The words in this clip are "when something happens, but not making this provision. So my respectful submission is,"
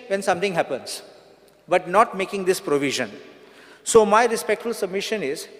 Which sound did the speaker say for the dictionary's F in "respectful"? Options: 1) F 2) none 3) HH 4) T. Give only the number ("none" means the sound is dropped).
1